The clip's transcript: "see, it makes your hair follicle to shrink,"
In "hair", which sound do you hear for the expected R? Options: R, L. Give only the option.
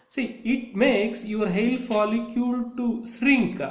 L